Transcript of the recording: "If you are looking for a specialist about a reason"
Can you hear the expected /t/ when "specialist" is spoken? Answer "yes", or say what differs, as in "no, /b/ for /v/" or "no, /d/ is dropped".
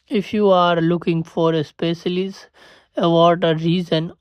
no, /t/ is dropped